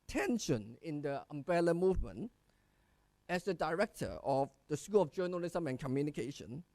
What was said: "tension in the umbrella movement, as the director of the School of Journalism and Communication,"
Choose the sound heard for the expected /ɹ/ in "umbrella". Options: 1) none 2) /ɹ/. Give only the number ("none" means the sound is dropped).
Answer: 1